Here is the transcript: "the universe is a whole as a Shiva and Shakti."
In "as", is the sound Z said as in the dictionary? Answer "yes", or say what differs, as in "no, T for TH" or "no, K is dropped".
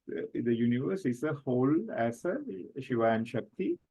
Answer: no, S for Z